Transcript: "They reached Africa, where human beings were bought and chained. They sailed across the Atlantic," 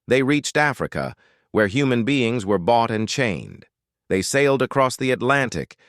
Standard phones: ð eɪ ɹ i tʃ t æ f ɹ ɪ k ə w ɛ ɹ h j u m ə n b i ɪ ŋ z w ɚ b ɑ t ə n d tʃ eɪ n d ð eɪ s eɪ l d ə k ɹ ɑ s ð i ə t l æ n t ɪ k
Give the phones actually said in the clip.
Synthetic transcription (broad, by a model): ð eɪ ɹ i tʃ t æ f ɹ ɪ k ə w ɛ ɹ h j u m ə n b i ɪ ŋ z w ɚ b ɑ t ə n tʃ eɪ n d ð eɪ s eɪ l d ə k ɹ ɑ s ð i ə t l æ n t ɪ k